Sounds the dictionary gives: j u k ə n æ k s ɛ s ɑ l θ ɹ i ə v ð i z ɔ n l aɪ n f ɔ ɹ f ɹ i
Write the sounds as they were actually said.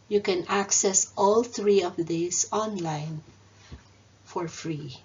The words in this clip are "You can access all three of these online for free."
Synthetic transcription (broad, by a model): j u k ə n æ k s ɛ s ɑ l θ ɹ i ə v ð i s ɔ n l aɪ n f ɔ ɹ f ɹ i